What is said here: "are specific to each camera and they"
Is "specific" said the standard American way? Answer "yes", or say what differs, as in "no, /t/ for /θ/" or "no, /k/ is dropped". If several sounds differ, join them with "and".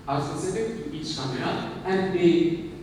no, /p/ is dropped